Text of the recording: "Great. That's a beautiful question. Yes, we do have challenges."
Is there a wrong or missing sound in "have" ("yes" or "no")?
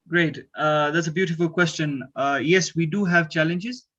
no